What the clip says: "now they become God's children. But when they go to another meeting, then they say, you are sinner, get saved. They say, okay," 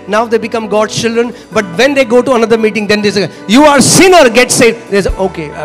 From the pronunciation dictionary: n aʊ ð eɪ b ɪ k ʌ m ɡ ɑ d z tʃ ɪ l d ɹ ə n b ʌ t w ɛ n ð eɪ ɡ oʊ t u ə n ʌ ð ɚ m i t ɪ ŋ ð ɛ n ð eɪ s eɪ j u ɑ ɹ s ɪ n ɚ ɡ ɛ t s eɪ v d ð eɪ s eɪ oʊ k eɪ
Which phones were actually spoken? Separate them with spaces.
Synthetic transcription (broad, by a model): n aʊ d eɪ b ɪ k ʌ m ɡ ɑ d tʃ ɪ l d ɹ ə n b ʌ t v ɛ n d eɪ ɡ oʊ t u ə n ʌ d ɚ m i t ɪ ŋ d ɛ n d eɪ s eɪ j u ɑ ɹ s ɪ n ɚ ɡ ɛ t s eɪ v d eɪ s oʊ k eɪ